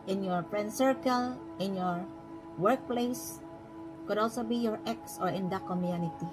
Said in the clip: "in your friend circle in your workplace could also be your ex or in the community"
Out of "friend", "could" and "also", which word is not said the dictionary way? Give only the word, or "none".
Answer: friend